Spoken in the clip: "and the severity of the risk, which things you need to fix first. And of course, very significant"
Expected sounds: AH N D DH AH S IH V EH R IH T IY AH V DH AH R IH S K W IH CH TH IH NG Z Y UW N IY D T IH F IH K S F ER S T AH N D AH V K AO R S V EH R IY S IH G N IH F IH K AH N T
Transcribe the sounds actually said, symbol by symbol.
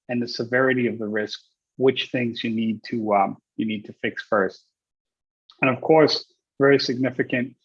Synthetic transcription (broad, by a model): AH N DH AH S IH V EH R IH T IY AH V DH AH R IH S K W IH CH TH IH NG Z Y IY N IY D T IH F IH K S F ER S T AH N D AH V K AO R S V EH R IY S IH G N IH F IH K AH N T